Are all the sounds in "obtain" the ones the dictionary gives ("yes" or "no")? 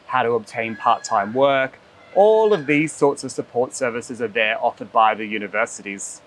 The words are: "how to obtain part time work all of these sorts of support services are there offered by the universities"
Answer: yes